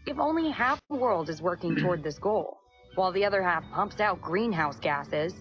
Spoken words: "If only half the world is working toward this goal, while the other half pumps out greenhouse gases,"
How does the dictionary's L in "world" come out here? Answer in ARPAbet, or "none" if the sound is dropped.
L